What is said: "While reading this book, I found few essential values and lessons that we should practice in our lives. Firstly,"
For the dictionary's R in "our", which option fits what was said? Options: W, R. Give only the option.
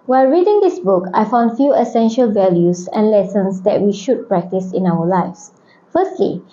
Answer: W